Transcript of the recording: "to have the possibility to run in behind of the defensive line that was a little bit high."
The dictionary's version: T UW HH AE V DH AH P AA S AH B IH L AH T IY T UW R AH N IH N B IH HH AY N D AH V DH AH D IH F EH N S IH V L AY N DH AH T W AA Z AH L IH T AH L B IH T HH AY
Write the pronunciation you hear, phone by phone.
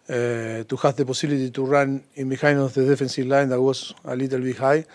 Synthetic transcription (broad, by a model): T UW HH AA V DH AH P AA S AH L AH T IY T UW R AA N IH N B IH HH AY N AH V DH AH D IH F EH N S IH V L AY N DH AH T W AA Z AH L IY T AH L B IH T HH AY